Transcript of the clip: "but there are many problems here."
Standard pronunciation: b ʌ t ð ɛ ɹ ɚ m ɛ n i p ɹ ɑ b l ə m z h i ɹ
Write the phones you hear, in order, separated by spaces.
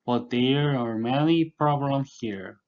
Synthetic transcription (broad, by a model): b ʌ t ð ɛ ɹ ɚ m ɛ l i p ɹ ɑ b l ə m h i ɹ